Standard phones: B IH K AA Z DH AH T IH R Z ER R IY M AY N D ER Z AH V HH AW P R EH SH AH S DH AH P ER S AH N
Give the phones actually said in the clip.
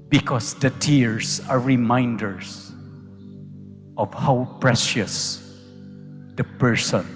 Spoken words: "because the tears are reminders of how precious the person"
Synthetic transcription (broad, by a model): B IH K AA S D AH T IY R S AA R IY M AY N D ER S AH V HH AW P R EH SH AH S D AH P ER S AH N